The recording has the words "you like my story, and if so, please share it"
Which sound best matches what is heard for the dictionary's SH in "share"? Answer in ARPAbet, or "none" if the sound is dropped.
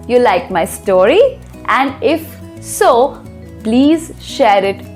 SH